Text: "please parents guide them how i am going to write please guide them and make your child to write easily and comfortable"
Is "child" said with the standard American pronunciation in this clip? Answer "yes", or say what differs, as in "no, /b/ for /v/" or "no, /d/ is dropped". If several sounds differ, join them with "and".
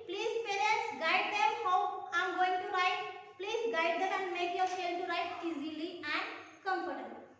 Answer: no, /ʃ/ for /tʃ/